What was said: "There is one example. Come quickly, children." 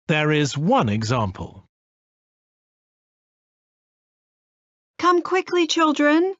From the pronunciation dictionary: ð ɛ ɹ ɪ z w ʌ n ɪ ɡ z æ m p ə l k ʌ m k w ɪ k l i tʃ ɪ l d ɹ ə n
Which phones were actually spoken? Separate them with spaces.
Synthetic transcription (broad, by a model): ð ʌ ɹ ɪ z w ʌ n ɪ ɡ z æ m p ə l k ʌ m k w ɪ k l i tʃ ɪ l d ɹ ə n